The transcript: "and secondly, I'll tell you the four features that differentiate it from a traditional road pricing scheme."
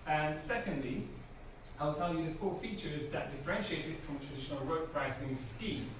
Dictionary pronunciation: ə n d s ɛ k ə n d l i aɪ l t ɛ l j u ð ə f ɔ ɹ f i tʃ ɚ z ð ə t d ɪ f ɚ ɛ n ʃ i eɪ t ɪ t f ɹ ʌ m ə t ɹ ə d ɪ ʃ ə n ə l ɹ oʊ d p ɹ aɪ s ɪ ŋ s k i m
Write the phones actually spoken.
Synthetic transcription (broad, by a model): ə n s ɛ k ə n d l i aɪ l t ɛ l j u ð ə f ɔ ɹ f i tʃ ɚ z ð ə t d ɪ f ɚ ɛ n ʃ i eɪ t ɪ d f ɹ ʌ m t ɹ ə d ɪ ʃ ə n ə l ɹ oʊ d p ɹ aɪ s ɪ ŋ s k i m